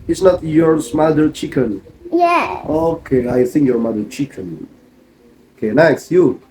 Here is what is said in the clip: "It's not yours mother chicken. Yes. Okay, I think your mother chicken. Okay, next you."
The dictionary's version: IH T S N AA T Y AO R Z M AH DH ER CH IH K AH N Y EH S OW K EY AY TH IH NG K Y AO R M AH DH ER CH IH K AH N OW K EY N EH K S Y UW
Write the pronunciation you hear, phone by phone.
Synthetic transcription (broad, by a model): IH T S N AA T Y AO R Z M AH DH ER CH IH K AH N Y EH OW K EY AY TH IH NG K Y AO R M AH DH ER CH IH K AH N OW K EY N EH K S Y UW